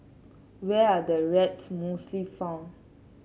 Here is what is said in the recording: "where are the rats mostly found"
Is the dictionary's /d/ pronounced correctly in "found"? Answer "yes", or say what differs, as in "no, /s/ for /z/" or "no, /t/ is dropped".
no, /d/ is dropped